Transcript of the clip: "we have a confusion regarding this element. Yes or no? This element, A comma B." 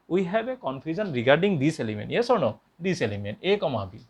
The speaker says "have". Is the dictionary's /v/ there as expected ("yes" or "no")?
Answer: no